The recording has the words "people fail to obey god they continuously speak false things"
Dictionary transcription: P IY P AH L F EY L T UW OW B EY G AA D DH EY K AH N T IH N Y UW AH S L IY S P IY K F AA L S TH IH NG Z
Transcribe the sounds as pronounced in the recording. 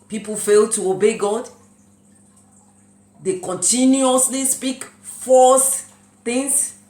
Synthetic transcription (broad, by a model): P IY P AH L F EY L T UW OW B EY G AA D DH EY K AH N T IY N Y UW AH S L IY S P IY K F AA S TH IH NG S